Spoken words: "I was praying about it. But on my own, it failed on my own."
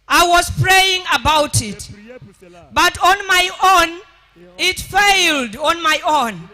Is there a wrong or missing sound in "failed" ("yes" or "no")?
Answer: no